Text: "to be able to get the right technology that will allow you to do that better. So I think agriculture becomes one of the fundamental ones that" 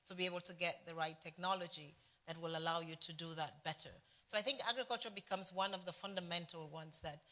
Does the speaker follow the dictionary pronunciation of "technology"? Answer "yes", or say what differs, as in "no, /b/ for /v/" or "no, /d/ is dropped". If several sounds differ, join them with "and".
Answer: yes